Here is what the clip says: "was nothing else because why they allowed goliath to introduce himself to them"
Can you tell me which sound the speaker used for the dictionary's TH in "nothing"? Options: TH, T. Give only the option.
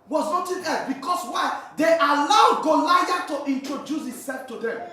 T